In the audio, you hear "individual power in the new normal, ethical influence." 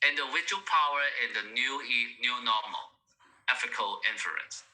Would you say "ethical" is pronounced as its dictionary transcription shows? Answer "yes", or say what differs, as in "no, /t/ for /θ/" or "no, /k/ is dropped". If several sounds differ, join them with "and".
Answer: no, /f/ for /θ/